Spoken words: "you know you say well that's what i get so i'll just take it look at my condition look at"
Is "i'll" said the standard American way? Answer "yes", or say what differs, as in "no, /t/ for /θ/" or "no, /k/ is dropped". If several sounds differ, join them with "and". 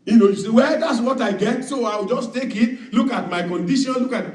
no, /w/ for /l/